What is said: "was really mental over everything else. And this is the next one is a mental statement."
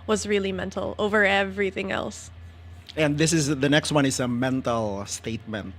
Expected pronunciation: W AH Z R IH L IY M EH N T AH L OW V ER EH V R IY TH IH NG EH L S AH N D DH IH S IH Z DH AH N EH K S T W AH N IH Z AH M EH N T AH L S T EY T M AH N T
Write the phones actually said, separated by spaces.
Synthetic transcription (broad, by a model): W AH Z R IH L IY M EH N T L OW V ER EH V R IY TH IH NG EH L S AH N DH IH S IH Z DH AH N EH K S T W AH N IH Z AH M EH N T L S T EY T M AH N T